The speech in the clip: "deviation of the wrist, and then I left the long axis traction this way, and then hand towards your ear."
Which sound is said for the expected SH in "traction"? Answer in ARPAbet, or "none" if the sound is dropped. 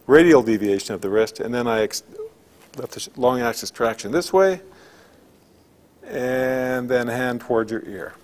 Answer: SH